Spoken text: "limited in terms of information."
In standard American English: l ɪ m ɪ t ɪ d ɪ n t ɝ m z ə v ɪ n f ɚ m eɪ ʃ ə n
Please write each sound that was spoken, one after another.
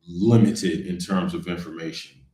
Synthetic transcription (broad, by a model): l ɪ m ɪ t ɪ d ɪ n t ɝ m z ə v ɪ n f ɚ m eɪ ʃ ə n